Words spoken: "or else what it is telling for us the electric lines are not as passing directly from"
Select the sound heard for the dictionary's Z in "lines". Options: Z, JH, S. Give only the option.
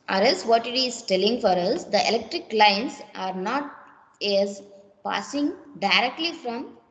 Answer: S